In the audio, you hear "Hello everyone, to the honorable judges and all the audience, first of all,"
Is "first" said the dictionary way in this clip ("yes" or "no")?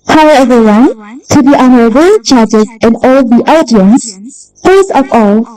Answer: no